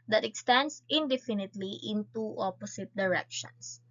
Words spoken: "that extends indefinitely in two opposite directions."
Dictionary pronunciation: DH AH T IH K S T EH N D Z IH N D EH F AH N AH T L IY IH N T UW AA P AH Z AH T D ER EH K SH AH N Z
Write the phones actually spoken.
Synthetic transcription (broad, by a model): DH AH T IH K S T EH N D S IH N D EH F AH N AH T L IY IH N T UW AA P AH S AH T D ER EH K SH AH N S